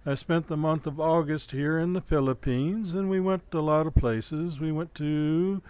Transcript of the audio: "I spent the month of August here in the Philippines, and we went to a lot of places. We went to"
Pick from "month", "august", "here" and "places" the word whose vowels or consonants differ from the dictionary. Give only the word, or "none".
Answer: none